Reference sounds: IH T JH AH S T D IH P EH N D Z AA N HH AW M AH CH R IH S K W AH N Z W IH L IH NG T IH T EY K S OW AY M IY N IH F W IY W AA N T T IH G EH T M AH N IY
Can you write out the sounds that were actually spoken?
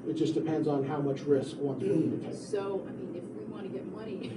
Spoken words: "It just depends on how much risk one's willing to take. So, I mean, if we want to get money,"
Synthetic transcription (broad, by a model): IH T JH AH S D IH P EH N D Z N HH AW M AH CH R IH S K W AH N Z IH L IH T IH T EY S OW AY M IY N IH F W IY W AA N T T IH G EH T M AH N IY